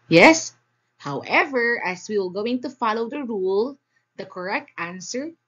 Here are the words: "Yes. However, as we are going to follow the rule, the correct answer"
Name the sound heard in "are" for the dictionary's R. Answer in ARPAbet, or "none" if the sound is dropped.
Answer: L